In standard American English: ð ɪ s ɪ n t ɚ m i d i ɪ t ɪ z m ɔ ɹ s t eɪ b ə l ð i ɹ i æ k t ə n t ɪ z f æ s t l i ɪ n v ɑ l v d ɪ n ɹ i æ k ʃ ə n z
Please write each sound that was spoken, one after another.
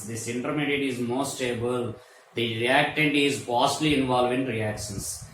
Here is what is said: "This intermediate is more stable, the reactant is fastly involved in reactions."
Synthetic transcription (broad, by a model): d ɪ s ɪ n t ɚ m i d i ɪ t ɪ z m ɔ s t eɪ b ə l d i ɹ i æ k t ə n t ɪ z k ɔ s t l i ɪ n v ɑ l v ɪ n ɹ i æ k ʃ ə n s